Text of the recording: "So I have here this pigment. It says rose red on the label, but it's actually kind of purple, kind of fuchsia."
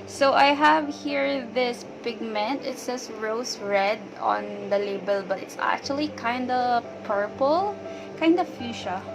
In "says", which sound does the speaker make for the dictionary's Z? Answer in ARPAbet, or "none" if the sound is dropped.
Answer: S